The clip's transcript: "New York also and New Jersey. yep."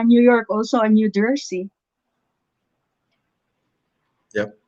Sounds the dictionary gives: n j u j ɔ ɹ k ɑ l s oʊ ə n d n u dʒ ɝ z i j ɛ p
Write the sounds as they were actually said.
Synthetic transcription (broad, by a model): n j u j ɔ ɹ k ɑ l s oʊ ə n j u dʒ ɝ s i j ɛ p